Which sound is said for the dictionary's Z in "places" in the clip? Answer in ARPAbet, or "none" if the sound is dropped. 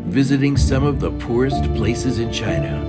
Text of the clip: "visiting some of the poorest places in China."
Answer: Z